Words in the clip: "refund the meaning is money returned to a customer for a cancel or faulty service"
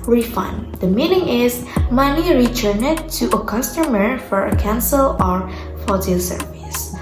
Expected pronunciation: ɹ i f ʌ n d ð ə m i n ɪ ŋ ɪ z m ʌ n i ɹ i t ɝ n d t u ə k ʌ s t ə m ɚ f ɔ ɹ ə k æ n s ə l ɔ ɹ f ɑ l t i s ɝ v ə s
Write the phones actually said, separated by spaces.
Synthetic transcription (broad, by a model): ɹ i f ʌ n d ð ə m i n ɪ ŋ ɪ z m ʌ n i ɹ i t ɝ n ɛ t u ə k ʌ s t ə m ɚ f ɔ ɹ ə k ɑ n s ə l ɔ ɹ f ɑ t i s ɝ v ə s